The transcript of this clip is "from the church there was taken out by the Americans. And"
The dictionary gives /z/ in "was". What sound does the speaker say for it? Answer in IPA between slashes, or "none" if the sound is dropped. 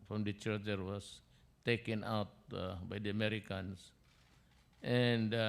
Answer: /s/